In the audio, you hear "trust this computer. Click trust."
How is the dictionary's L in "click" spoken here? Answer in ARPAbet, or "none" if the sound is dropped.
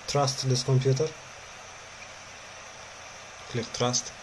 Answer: L